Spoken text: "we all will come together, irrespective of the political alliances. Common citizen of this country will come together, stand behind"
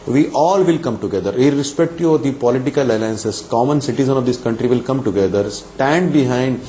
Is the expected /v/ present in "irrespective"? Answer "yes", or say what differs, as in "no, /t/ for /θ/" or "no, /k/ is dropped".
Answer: no, /v/ is dropped